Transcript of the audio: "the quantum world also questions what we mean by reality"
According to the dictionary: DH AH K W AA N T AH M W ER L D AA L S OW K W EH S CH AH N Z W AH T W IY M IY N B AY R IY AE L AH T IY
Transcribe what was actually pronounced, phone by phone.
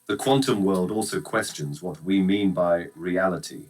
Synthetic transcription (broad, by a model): DH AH K W AA N T AH M W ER L D AA L S OW K W EH S CH AH N Z W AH T W IY M IY N B AY R IY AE L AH T IY